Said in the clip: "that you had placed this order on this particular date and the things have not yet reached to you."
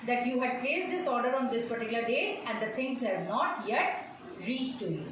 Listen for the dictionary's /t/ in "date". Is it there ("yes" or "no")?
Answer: no